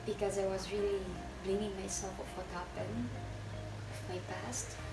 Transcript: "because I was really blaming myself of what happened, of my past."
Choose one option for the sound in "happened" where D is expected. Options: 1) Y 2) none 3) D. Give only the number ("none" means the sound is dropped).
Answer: 2